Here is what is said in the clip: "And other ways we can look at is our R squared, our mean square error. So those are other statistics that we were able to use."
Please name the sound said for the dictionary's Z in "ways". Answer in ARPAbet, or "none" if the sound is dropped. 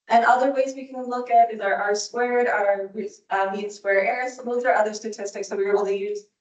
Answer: Z